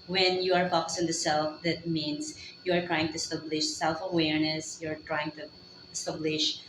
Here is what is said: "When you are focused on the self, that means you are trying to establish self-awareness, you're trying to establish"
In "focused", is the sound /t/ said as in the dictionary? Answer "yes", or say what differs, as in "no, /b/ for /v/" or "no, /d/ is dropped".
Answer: no, /t/ is dropped